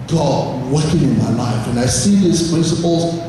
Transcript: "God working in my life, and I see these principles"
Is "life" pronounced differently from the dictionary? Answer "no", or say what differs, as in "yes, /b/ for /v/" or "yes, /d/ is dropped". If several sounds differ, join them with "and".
no